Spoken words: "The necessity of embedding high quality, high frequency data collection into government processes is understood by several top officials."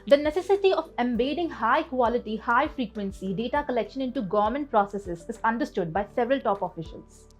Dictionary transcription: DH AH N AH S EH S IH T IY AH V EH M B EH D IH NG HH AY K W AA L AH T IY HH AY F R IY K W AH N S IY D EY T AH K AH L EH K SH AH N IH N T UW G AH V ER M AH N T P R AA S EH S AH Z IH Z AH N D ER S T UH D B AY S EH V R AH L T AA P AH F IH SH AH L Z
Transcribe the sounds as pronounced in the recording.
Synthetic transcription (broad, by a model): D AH N AH S EH S IH T IY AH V EH M B EH D IH NG HH AY K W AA L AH T IY HH AY F R IY K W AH N S IY D EY T AH K AH L EH K SH AH N IH N T UW G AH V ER M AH N T P R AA S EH S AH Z IH Z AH N D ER S T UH D B AY S EH V R AH L T AA P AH F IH SH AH L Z